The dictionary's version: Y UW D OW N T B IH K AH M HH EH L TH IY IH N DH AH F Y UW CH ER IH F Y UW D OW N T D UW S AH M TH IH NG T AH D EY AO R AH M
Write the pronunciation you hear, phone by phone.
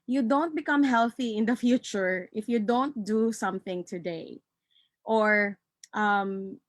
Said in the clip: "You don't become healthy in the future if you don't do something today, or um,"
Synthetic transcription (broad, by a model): Y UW D OW N T B IH K AH M HH EH L TH IY IH N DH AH F Y UW CH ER IH F Y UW D OW N T D UW S AH M TH IH NG T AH D EY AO R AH M